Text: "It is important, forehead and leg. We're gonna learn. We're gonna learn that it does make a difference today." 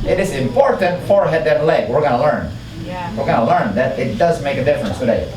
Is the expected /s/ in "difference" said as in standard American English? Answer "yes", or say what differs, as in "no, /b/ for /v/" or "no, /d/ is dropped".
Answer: yes